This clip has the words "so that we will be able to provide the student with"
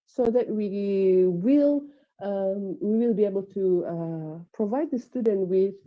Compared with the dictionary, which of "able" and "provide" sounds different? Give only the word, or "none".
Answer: none